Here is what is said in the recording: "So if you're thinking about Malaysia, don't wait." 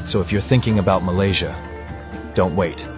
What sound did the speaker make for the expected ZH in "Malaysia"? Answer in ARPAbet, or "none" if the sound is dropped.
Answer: ZH